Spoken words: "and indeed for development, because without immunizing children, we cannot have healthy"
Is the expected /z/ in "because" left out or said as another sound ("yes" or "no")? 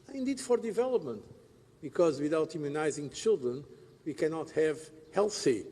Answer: no